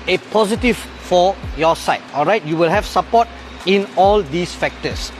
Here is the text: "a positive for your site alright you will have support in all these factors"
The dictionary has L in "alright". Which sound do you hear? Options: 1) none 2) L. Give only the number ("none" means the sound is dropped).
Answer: 2